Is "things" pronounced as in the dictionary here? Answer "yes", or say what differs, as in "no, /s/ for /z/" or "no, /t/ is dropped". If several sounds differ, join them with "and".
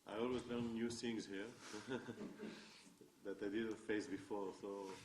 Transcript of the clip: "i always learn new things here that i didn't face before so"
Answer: no, /s/ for /θ/